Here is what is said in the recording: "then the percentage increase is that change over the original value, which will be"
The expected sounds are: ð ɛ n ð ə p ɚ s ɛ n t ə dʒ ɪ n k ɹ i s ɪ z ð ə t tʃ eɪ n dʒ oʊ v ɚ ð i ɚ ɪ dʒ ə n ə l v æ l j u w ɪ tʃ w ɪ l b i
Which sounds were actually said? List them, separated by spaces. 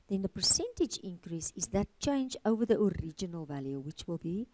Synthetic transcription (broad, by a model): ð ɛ n ð ə p ɚ s ɛ n t ə dʒ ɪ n k ɹ i s ɪ z ð ə t tʃ eɪ n dʒ oʊ v ɚ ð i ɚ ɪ dʒ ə n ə l v æ l j u w ɪ tʃ w ɪ l b i